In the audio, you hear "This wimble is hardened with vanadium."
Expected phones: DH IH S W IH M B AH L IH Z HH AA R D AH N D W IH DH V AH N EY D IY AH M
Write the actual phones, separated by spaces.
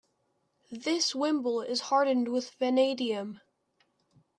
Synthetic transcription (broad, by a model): DH IH S W IH M B L IH Z HH AA R D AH N D W IH DH V AH N EY D IY AH M